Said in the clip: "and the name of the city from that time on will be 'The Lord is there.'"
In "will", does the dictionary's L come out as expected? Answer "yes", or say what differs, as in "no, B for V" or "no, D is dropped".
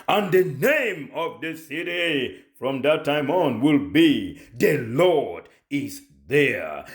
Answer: yes